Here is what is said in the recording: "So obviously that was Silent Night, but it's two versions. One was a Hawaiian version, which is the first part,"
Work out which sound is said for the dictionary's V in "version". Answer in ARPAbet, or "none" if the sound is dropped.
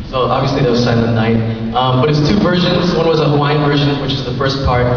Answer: V